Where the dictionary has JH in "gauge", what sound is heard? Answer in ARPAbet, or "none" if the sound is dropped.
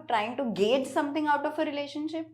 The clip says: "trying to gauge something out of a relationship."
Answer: JH